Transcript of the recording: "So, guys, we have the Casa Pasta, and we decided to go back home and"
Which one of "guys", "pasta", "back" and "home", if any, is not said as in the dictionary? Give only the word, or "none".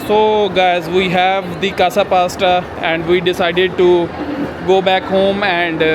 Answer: none